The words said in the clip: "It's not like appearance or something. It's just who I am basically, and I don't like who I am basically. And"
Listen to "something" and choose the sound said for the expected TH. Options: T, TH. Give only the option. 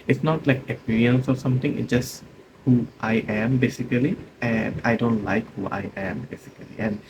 T